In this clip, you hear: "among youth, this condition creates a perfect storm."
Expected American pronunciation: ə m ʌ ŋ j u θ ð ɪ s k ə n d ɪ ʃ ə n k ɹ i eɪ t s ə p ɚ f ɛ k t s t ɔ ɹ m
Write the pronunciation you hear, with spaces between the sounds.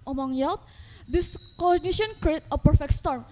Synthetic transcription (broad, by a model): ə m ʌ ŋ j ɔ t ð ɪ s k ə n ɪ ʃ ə n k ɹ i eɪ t ə p ɚ f ɛ k t s t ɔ ɹ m